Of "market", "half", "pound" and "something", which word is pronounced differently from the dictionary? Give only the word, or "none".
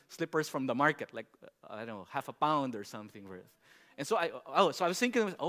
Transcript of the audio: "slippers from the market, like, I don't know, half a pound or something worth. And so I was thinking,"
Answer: none